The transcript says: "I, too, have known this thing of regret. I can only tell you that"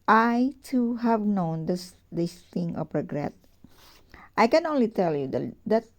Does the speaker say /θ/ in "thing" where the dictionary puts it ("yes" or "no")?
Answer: no